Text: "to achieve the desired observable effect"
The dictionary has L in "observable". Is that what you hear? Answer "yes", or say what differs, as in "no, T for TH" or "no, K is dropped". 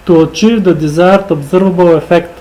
no, W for L